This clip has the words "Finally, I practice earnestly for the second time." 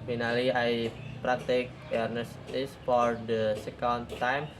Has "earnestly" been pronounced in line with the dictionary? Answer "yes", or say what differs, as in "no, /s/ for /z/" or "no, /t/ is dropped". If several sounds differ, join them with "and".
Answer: no, /l/ is dropped